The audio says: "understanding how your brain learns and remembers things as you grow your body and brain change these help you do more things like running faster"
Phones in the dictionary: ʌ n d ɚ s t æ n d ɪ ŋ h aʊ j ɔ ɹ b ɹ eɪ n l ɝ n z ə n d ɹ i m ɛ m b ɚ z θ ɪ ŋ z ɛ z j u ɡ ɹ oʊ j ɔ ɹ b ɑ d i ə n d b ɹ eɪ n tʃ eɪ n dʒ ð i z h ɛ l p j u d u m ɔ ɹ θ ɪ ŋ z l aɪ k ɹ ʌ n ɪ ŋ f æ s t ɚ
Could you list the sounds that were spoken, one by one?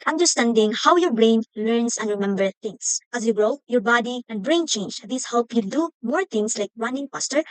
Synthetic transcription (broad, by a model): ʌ n d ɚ s t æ n d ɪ ŋ h aʊ j ɔ ɹ b ɹ eɪ n l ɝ n s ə n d ɹ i m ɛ m b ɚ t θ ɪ ŋ s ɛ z j u ɡ ɹ oʊ j ɔ ɹ b ɑ d i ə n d b ɹ eɪ n tʃ eɪ n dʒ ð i s h ɛ l p j u d u m ɔ ɹ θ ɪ ŋ s l aɪ k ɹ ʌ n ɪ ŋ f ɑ s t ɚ